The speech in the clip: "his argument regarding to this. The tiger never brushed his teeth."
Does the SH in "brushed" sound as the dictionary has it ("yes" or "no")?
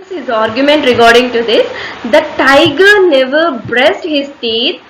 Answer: no